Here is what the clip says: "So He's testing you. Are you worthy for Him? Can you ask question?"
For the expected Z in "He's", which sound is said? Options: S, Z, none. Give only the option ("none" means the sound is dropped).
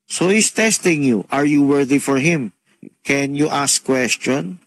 S